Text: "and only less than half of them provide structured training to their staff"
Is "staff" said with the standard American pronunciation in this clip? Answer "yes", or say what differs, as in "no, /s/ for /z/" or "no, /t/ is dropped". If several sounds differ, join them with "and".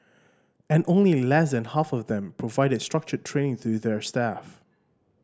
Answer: yes